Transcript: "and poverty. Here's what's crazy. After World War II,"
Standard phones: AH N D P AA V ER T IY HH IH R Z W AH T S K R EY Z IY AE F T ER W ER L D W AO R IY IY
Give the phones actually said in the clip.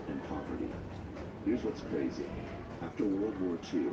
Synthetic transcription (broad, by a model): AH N P AA V ER T IY HH IH R Z W AH T S K R EY Z IY AE F T ER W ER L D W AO R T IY